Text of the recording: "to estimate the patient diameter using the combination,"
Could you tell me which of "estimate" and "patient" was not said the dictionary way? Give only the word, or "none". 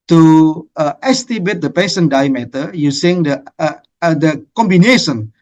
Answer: patient